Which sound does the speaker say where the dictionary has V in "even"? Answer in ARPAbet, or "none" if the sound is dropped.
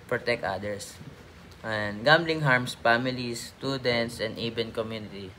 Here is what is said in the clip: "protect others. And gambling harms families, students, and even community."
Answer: B